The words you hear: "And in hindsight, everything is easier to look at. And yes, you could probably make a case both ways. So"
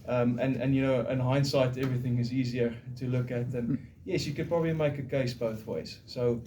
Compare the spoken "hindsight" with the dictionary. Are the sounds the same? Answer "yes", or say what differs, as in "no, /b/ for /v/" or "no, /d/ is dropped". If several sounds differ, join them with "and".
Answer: yes